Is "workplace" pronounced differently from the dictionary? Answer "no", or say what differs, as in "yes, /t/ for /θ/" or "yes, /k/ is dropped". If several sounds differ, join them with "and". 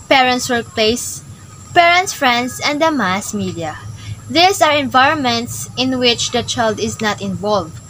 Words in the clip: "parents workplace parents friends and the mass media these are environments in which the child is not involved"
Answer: no